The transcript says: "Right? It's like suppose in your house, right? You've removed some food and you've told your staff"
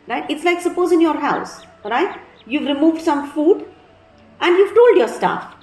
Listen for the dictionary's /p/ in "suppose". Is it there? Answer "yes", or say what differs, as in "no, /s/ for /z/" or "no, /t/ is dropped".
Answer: yes